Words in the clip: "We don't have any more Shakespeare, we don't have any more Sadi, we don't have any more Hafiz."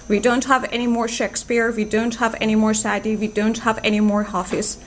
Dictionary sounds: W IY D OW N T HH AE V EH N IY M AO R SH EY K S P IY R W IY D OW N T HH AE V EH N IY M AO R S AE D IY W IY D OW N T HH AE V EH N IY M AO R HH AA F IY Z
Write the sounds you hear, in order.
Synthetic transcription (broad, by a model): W IY D OW N T HH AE V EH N IY M AO R SH EY K S P IY R W IY D OW N T HH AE V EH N IY M AO R S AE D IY W IY D OW N T HH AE V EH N IY M AO R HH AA F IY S